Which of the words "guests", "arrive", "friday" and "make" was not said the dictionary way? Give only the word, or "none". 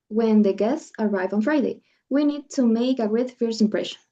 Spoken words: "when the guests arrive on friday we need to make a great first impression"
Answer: none